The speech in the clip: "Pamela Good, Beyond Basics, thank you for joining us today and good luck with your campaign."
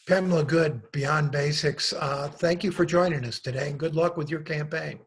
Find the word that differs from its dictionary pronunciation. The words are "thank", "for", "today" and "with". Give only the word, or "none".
none